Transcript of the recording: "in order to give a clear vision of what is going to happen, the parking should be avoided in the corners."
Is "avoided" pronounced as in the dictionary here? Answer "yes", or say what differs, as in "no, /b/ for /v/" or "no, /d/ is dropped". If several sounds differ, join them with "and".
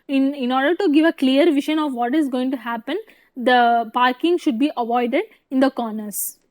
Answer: yes